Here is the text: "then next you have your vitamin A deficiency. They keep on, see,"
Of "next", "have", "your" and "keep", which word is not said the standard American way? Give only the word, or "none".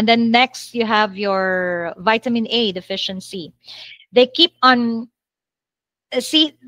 none